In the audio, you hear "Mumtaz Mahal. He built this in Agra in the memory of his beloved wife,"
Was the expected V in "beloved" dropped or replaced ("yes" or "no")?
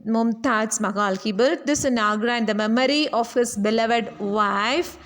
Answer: no